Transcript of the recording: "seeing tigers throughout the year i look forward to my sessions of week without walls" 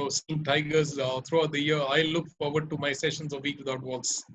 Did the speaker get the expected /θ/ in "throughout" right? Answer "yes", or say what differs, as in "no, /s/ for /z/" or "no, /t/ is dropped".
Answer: no, /t/ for /θ/